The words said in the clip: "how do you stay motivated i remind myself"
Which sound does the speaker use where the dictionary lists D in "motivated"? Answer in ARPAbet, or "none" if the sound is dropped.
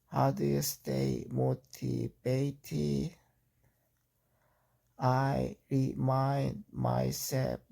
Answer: none